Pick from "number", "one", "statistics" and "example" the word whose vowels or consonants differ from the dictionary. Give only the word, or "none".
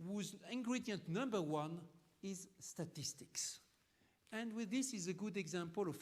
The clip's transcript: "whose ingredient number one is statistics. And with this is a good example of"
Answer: none